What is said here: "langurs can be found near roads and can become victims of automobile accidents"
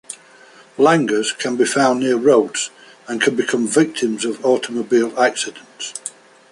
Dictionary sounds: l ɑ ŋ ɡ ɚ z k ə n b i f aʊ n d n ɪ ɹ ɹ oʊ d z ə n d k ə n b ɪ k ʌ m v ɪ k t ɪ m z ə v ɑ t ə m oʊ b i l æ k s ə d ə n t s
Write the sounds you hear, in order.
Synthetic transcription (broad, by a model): l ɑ ŋ ɡ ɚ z k ə n b i f aʊ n n ɪ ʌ ɹ oʊ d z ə n k ə n b ɪ k ʌ m v ɪ k t ɪ m z ə v ɑ t ə m oʊ b i l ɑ k s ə d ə n t s